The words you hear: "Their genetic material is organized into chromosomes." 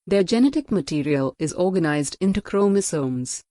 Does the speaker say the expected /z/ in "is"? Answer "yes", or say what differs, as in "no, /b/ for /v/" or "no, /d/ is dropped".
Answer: yes